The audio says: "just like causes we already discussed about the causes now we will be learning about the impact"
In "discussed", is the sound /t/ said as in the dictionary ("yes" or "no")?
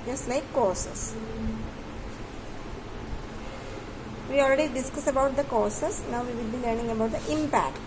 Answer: no